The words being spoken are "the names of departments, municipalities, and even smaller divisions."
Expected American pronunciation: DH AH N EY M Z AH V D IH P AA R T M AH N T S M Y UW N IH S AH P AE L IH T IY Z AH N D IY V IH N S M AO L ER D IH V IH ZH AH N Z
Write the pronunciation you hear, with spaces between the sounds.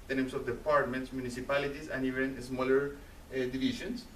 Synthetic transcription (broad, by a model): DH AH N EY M S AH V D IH P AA R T M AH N T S M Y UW N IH S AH P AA L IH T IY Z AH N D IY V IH N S M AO L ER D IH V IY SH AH N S